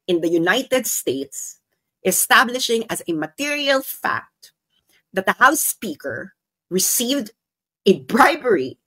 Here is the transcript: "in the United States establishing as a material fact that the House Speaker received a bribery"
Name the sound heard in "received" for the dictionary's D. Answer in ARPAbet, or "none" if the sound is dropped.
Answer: D